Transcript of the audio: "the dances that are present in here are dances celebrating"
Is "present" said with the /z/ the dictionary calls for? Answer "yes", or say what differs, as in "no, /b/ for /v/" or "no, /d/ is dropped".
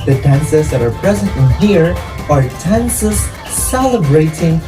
yes